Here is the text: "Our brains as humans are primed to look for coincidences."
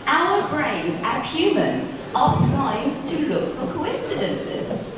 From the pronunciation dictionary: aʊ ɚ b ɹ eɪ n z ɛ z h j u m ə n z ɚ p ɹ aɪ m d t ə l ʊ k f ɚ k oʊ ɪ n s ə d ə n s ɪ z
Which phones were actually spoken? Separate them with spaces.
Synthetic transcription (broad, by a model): aʊ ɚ b ɹ eɪ n z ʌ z h j u m ə n z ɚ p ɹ aɪ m t ə l ʊ k f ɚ k oʊ ɪ n s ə d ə n s ɪ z